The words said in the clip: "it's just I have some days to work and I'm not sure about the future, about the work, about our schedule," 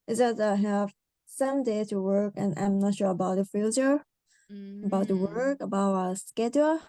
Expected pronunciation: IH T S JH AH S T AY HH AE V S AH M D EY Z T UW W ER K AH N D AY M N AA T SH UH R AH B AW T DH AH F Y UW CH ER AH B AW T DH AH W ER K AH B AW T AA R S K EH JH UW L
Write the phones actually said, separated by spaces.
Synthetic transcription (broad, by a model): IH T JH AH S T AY HH AE V S AH M D EY T UW W ER K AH N AY M N AA T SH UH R AH B AW T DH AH F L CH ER AH B AW T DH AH W ER K AH B AW T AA S K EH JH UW